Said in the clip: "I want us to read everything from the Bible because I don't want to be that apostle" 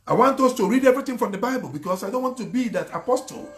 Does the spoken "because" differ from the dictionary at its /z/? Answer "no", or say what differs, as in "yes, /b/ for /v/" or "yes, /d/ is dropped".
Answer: yes, /s/ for /z/